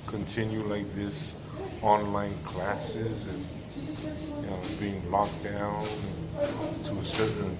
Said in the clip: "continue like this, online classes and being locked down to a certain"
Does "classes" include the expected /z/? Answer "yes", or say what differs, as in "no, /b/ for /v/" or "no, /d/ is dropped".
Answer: yes